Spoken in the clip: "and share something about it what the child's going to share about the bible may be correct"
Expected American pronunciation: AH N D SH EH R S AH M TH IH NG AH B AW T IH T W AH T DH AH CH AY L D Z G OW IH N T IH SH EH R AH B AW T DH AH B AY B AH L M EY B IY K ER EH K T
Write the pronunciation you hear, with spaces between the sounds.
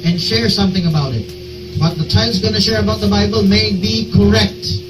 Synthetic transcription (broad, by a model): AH N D SH EH R S AH M TH IH NG AH B AW T IH T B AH T DH AH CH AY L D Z G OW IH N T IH SH EH R AH B AW T DH AH B AY B AH L M EY B IY K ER EH K T